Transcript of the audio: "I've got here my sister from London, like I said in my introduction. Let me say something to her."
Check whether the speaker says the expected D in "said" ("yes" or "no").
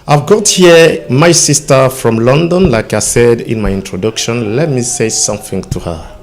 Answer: yes